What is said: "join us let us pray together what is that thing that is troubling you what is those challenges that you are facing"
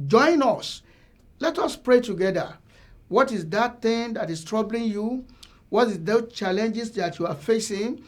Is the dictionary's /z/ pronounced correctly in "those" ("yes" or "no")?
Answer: no